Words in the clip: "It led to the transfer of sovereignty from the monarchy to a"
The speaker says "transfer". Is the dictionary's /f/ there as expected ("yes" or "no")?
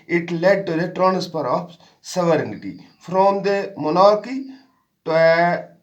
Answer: no